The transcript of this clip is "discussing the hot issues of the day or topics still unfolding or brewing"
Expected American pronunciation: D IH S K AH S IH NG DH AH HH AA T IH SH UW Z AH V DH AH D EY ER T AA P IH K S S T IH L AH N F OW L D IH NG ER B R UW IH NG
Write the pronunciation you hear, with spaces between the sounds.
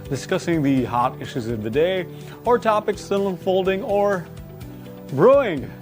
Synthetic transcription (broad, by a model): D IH S K AH S IH NG DH AH HH AA T IH SH UW Z AH V DH AH D EY ER T AA P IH K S S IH N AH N F OW L D IH NG ER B R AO IH NG